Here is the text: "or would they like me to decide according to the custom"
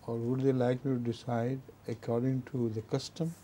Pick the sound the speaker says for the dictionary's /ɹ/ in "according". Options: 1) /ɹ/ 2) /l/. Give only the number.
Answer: 1